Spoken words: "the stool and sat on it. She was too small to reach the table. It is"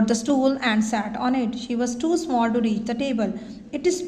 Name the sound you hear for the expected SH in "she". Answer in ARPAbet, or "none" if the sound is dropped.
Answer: SH